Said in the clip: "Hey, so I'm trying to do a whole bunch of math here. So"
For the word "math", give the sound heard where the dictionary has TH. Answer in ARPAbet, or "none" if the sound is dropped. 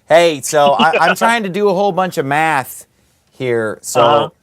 TH